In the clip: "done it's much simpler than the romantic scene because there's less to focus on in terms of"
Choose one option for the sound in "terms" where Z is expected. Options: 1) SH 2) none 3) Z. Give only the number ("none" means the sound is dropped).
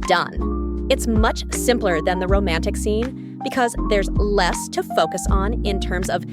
3